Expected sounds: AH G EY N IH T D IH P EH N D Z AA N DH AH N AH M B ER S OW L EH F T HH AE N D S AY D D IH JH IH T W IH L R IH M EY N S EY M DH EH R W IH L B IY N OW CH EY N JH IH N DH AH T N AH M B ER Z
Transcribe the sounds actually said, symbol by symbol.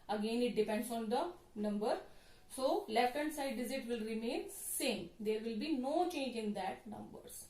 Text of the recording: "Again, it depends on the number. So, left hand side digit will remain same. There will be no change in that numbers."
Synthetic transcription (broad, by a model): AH G EY N IH T D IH P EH N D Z AA N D AH N AH M B ER S OW L EH F T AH N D S AY D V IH Z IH T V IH L R IH M EY N S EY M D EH R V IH L B IY N OW CH EY N JH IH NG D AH T N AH M B ER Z